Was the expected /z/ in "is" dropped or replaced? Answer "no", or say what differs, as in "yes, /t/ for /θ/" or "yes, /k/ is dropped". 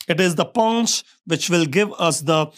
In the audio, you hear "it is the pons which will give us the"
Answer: no